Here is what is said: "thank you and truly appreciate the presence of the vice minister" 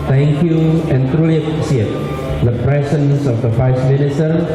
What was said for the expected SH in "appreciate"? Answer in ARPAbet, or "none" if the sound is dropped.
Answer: S